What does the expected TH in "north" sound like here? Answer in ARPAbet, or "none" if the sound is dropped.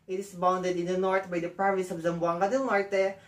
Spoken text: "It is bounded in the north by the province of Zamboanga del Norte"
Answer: T